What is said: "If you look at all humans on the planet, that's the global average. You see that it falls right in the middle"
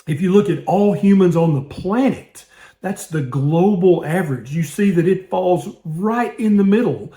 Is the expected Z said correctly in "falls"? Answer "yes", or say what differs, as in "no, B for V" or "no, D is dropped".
yes